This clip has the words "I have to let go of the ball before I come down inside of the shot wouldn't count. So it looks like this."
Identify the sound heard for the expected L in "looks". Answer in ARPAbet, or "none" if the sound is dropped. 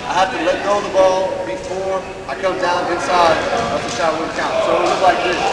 W